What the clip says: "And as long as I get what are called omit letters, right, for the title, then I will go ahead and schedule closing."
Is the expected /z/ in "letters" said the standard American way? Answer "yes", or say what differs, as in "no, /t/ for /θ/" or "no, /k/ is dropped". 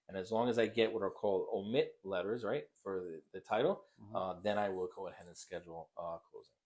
yes